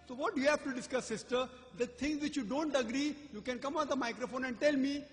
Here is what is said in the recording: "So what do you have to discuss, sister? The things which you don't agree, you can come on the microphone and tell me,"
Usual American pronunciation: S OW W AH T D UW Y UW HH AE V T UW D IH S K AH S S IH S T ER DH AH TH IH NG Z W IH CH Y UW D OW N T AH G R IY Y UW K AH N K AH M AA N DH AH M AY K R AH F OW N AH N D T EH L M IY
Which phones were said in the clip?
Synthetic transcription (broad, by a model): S OW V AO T D UW Y UW HH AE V T UW D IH S K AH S S IH S T ER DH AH T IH NG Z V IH CH Y UW D OW N T AH G R IY Y UW K AH N K AH M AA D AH M AY K R AH F OW N AH N D T EH L M IY